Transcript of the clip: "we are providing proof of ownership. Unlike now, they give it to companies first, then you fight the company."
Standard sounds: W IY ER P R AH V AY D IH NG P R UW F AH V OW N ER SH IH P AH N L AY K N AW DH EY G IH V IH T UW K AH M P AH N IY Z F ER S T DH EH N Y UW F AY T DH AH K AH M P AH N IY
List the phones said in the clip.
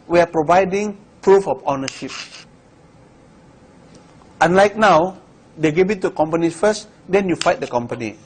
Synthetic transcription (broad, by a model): W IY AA P R AH V AY D IH NG P R UW F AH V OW N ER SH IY P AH N L AY K N AW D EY G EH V IH T UW K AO M P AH N IY F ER S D EH N Y UW F AY T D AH K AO M P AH N IY